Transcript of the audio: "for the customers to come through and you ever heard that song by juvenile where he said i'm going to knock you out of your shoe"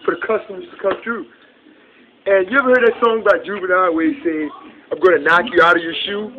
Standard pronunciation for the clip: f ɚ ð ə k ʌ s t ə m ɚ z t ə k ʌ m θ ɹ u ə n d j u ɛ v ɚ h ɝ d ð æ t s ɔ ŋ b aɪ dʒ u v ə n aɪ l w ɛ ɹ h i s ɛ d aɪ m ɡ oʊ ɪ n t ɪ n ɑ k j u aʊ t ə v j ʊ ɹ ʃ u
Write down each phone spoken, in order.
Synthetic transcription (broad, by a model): f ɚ ð ə k ʌ s t ə m ɚ z t ə k ʌ m θ ɹ u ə n j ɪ ɛ v ɚ h ɝ d ð æ t s ɔ ŋ b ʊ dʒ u b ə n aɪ w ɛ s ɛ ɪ aɪ m ɡ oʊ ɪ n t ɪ n ɑ k j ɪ aʊ t ə v j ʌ ɹ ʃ u